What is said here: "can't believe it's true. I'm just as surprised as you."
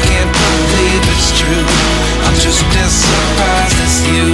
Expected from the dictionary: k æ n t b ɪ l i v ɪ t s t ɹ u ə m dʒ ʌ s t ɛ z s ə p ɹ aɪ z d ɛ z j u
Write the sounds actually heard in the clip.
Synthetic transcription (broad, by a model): k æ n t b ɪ l i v ɪ t s t ɹ u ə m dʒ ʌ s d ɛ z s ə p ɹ aɪ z ɪ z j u